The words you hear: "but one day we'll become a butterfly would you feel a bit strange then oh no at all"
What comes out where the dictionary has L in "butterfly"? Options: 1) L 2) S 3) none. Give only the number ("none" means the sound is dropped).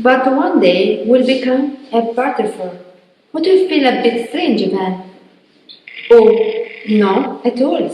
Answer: 3